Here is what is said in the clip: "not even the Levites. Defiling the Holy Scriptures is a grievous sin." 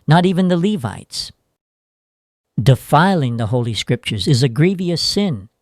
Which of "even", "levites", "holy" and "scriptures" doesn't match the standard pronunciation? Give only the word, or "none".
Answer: none